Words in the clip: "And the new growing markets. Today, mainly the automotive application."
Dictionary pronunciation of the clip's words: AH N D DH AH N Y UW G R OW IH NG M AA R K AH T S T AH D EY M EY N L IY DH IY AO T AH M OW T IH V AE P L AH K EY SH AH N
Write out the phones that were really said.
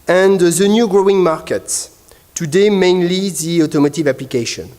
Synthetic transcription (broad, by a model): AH N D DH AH N Y UW G R OW IH NG M AA R K AH T S T AH D EY M EY N L IY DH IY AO T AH M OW T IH V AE P L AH K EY SH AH N